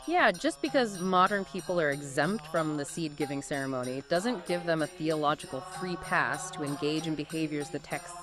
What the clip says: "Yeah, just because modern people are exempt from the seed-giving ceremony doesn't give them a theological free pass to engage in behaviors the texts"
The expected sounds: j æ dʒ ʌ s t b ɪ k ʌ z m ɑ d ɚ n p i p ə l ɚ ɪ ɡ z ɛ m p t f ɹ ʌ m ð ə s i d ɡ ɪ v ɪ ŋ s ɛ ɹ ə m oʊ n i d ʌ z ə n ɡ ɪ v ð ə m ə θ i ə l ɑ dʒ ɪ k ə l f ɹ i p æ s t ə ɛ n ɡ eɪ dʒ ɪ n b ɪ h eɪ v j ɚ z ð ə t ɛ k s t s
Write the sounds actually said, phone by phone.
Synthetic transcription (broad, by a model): j æ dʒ ʌ s b ɪ k ʌ z m ɑ d ɚ n p i p l ɚ ɪ ɡ z ɛ m p t f ɹ ʌ m ð ə s i d ɡ ɪ v ɪ ŋ s ɛ ɹ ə m oʊ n i d ʌ z ə n ɡ ɪ v ð ə m ə θ i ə l ɑ dʒ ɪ k l f ɹ i p æ s t ə ɛ n ɡ eɪ dʒ ɪ n b ɪ h eɪ v j ɚ z ð ə t ɛ k s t